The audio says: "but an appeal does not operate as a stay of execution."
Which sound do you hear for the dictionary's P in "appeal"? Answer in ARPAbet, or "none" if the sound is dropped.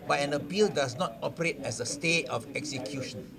B